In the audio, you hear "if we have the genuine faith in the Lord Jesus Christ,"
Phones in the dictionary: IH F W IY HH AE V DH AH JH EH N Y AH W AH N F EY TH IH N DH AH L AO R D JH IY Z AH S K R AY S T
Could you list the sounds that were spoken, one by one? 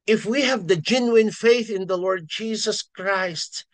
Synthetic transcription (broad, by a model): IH F W IY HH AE V DH AH JH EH N Y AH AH N F EY TH IH N DH AH L AO R D JH IY Z AH S K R AY S T